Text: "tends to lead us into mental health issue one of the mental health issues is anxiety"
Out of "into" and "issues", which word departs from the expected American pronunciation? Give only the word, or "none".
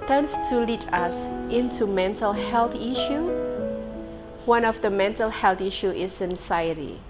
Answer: issues